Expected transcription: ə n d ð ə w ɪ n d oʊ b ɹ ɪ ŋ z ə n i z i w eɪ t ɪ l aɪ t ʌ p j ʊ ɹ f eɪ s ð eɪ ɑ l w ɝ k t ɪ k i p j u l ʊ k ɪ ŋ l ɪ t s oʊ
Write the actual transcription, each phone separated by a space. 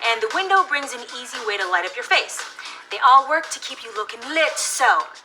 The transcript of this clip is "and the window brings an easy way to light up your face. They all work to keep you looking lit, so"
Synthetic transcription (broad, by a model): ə n ð ə w ɪ n d oʊ b ɹ ɪ ŋ z ə n i z i w eɪ t ɪ l aɪ t ʌ p j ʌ ɹ f eɪ s ð eɪ ɑ l w ɝ k t ɪ k i p j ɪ l ʊ k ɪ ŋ l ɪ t s oʊ